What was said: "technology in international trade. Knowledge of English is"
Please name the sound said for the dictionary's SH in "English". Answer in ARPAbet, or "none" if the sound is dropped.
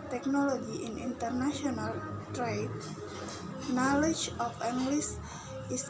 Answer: S